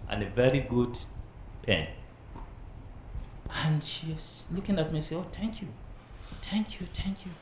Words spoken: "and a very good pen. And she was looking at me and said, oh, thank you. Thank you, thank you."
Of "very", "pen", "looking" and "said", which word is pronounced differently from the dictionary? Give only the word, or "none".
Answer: said